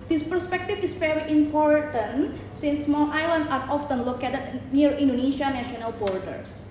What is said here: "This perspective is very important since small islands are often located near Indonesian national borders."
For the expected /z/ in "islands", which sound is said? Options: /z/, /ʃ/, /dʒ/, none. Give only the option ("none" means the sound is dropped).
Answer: none